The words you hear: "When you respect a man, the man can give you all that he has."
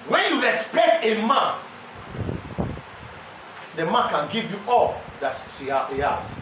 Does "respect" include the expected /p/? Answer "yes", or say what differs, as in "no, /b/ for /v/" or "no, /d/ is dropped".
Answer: yes